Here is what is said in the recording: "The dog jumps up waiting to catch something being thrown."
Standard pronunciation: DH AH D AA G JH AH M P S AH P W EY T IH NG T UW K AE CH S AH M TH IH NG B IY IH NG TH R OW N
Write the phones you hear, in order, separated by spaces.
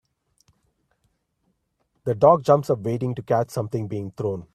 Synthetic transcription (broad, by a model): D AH D AA G JH AH M P S AH P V EY T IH NG T UW K AE CH S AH M T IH NG B IY IH NG T R OW N